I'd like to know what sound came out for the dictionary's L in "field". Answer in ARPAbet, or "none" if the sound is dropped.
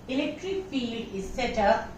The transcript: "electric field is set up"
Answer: L